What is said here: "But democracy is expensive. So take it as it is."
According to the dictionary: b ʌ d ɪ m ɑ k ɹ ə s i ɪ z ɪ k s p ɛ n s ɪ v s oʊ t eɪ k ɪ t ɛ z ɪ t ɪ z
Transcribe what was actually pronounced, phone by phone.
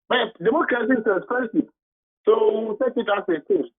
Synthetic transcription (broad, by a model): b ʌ d ɪ m ɑ k ɹ ə s i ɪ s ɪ s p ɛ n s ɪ s oʊ s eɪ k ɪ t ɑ s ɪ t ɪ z